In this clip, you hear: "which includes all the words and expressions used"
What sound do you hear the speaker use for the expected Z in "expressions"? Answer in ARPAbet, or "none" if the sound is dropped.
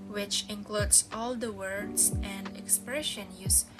none